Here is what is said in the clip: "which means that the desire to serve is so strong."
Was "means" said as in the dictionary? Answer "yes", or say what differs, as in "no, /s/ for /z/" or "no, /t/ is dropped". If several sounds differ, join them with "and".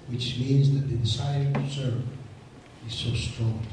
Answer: yes